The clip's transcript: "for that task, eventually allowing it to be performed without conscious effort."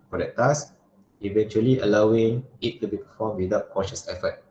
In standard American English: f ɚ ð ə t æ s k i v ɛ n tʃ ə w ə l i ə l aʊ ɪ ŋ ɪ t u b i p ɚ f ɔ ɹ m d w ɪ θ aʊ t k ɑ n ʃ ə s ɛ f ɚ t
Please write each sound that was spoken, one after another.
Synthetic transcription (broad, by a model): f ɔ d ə t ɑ s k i v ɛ n tʃ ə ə l i ə l aʊ ɪ ŋ ɪ t u b i p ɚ f ɔ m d w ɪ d aʊ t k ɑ ʃ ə s ɛ f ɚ t